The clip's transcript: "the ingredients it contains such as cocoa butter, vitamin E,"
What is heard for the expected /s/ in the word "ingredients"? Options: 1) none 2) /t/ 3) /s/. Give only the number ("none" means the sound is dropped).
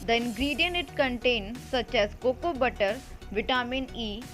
1